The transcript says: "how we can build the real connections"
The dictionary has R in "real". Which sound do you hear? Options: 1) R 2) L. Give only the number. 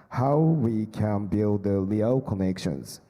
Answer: 2